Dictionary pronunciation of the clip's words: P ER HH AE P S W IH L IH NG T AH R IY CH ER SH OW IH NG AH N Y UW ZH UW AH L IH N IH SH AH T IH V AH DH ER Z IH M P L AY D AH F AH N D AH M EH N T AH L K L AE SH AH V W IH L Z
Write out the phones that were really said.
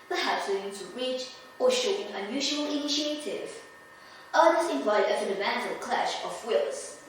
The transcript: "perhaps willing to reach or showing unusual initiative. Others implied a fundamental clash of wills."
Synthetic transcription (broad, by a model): P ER HH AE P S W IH IH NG T AH R IY CH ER SH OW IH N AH N Y UW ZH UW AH L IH N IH SH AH T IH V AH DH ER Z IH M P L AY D AH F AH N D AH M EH N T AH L K L AE SH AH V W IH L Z